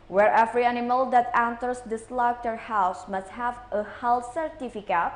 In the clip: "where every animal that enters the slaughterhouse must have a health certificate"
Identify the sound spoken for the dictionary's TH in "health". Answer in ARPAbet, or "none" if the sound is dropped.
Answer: S